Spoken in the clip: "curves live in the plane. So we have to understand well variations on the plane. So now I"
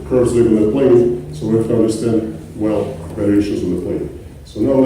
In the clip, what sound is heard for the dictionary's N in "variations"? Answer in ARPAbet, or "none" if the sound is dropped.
none